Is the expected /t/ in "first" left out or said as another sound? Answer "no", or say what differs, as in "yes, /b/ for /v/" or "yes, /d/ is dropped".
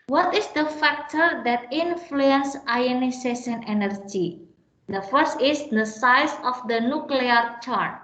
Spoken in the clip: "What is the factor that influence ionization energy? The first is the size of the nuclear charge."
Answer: no